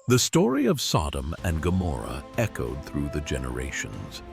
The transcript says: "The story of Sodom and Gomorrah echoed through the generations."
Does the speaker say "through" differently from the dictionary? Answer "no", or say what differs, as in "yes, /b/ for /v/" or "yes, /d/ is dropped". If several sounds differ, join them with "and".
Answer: no